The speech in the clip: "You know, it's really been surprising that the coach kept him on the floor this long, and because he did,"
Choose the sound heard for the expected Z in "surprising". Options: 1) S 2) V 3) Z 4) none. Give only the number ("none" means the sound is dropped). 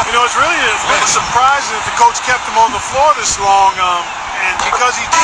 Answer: 3